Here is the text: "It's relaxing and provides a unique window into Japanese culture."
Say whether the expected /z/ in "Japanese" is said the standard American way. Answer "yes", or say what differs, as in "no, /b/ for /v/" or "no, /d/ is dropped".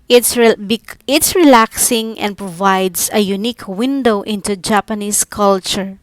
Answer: no, /s/ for /z/